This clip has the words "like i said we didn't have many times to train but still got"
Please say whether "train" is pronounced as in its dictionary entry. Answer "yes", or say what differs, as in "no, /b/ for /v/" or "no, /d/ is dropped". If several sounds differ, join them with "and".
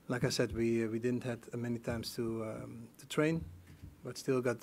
yes